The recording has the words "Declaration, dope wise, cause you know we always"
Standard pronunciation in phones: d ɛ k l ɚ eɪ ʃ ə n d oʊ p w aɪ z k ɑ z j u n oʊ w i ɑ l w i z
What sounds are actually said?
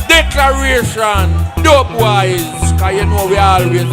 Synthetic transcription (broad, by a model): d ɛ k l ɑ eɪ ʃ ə n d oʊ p w aɪ z k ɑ j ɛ n oʊ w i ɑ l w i